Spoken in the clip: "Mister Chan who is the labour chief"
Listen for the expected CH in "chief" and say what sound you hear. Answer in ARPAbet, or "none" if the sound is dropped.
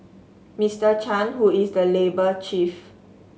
CH